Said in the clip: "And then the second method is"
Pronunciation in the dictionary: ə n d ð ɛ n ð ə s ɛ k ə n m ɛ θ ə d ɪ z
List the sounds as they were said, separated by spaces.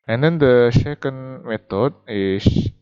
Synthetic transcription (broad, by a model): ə n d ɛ n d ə ʃ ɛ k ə n m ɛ t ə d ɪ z